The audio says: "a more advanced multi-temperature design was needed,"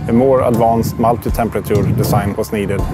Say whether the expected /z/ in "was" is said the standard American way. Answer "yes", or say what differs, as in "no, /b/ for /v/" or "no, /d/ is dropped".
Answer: no, /s/ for /z/